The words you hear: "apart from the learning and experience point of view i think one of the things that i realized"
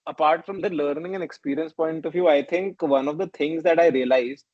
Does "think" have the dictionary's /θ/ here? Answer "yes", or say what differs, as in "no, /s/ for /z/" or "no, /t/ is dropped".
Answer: no, /t/ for /θ/